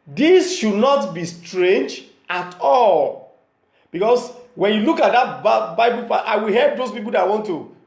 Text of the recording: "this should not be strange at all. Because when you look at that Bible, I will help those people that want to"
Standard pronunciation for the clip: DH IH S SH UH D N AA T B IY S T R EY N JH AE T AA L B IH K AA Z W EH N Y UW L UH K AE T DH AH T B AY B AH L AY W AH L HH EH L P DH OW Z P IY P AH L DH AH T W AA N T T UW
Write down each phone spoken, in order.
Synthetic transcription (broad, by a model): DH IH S SH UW D N AA T B IY S T R EY N JH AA T AA L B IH K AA S W EH N Y UW L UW K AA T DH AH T B AY B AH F AY W AH L HH EH L P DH OW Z P IY P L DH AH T W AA N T T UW